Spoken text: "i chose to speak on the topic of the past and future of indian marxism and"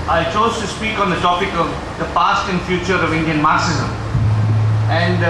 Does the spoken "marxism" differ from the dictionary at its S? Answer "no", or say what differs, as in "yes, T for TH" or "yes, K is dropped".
no